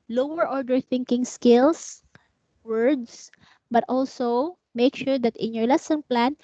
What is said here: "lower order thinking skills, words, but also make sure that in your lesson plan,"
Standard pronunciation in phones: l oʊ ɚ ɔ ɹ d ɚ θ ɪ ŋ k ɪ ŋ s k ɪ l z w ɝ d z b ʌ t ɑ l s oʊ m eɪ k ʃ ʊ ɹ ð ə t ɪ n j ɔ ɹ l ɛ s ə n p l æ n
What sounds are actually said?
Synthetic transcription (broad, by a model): l oʊ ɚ ɔ ɹ d ɚ θ ɪ ŋ k ɪ ŋ s k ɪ l s w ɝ d s b ʌ t ɑ l s oʊ m eɪ k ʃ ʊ ɹ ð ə t ɪ n j ɔ ɹ l ɛ s ə n p l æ n